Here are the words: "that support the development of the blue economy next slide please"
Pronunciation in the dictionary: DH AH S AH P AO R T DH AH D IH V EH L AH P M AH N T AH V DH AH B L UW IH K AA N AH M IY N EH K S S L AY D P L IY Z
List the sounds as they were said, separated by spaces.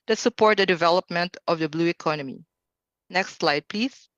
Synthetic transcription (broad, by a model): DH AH S AH P AO R T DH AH D IH V EH L AH P M AH N T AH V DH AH B L UW IH K AA N AH M IY N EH K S S L AY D P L IY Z